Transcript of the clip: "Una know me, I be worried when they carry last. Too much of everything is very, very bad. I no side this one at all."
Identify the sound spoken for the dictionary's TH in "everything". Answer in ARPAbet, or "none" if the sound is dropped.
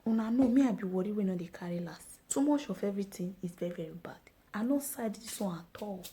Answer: T